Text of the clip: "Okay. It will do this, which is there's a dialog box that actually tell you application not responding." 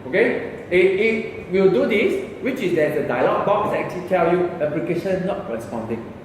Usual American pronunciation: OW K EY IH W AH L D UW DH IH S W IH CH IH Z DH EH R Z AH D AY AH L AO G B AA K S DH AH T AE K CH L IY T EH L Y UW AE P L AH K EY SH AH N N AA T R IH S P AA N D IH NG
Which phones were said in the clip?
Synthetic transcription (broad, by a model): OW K EY IH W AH W D UW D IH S W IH CH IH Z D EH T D AH D AY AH L AO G B AA K S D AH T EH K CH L IY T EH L Y UW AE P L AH K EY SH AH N N AA T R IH S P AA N D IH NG